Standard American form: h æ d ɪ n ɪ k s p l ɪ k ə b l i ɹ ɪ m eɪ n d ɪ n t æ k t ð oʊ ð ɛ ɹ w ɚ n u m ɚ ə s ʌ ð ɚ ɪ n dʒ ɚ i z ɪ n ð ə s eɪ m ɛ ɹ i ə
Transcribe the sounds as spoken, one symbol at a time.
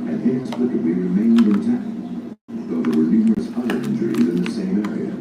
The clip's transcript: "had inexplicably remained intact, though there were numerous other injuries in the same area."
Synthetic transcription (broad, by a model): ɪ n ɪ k s p l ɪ k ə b l i ɹ ɪ m eɪ n d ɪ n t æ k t ð oʊ ð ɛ ɹ w ɚ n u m ɚ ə s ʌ ɚ ɪ n dʒ ɚ i z ɪ n ð ə s eɪ m ɛ ɹ i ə